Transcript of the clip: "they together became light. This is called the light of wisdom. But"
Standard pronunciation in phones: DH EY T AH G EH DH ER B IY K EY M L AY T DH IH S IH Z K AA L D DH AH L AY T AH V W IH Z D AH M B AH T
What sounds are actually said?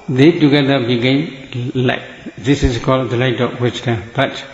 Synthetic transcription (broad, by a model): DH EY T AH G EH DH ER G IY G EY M L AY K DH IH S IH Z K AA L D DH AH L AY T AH P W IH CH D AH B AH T